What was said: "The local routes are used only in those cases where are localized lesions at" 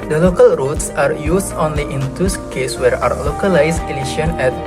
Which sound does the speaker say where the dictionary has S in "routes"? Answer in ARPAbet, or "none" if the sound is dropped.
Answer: S